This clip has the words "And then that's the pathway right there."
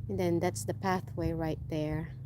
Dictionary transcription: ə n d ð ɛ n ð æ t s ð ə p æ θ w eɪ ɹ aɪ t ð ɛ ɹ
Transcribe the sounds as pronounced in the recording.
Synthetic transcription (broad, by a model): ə n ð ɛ n ð æ t s ð ə p æ θ w eɪ ɹ aɪ t ð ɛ ɹ